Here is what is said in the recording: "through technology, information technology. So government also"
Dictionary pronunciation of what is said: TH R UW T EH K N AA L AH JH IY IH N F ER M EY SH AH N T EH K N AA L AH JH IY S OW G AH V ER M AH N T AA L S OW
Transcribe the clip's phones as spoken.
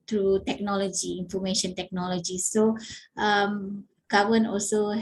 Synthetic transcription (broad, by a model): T R UW T EH K N AA L AH JH IY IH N F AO M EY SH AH N T EH K N AA L AH JH IY S OW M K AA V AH N AA L S OW